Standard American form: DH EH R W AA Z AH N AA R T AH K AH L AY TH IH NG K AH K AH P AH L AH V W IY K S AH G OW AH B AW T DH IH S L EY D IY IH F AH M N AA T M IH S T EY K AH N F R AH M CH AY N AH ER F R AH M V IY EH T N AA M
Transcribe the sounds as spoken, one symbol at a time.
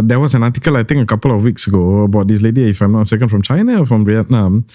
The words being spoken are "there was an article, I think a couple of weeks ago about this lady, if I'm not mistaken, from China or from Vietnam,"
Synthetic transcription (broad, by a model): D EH W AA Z AH N AA T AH K AH L AY T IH NG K AH K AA P AH L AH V W IY K S AH G OW AH B AW T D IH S L EY D IY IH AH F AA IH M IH S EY K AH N F R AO M CH AY N AH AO F R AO M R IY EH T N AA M